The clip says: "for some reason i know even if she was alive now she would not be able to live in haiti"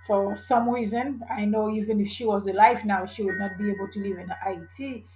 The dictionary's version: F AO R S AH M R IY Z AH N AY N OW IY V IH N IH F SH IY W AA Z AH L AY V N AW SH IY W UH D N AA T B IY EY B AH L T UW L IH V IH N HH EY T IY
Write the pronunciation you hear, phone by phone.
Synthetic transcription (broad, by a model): F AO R S AH M R IY Z AH N AY N OW IY V IH N IH F SH IY W AA Z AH L AY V N AW SH IY W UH D N AA T B IY EY B AH L T UW L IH V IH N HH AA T IY